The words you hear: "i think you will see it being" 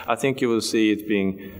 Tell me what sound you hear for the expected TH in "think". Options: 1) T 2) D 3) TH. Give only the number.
3